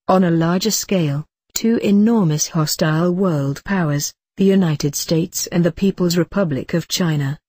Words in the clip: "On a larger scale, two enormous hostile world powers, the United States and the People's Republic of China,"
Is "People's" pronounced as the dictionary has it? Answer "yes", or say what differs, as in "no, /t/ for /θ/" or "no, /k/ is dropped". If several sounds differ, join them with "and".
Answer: yes